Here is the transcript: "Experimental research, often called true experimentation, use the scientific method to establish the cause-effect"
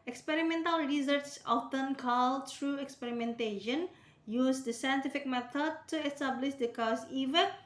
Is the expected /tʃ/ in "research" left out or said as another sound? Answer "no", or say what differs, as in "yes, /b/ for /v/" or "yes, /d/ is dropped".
yes, /s/ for /tʃ/